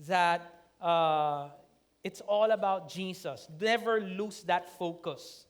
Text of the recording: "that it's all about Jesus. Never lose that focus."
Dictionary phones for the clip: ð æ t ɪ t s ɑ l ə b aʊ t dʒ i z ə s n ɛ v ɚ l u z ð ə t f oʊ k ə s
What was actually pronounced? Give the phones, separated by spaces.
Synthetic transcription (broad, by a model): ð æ t ɪ t s ɑ l ə b aʊ t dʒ i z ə s n ɛ v ɚ l u s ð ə t f oʊ k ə s